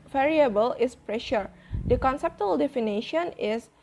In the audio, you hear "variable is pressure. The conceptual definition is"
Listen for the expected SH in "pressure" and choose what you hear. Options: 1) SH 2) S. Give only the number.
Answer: 1